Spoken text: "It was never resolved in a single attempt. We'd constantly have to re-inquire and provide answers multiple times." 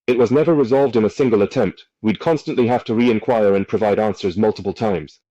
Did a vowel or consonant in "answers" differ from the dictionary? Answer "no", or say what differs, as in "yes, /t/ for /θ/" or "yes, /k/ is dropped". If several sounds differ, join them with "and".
no